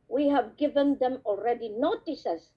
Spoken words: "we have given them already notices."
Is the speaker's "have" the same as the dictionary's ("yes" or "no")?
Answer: yes